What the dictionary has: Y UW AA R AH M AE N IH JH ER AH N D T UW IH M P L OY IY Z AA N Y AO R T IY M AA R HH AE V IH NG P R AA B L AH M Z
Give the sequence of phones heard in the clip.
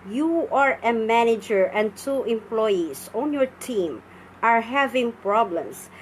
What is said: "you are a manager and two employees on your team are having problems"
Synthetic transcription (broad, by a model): Y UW AA R AH M AE N IH JH ER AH N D T UW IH M P L OY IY S AA N Y AO R T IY M AA R HH AE V IH NG P R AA B L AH M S